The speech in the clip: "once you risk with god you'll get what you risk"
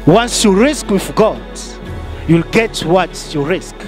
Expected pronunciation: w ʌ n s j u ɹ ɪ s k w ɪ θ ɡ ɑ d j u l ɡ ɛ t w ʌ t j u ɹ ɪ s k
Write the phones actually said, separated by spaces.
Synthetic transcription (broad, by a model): w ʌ n s j u ɹ ɪ s k w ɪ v ɡ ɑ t j u l ɡ ɛ t w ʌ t j u ɹ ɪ s k